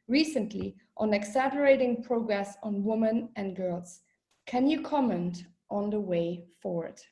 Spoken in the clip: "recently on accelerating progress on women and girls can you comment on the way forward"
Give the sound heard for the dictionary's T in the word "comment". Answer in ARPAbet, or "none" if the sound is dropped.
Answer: T